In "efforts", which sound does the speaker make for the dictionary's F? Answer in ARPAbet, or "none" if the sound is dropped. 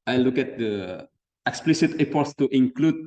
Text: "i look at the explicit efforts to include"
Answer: P